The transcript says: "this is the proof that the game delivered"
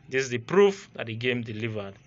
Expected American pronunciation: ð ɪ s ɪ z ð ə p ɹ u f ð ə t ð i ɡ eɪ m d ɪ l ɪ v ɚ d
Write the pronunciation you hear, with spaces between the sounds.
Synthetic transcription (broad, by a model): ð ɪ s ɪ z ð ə p ɹ u f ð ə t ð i ɡ eɪ m d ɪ l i v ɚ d